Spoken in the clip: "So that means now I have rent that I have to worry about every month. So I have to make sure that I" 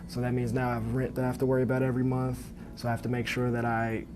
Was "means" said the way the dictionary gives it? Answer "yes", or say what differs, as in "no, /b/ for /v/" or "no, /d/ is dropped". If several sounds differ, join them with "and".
yes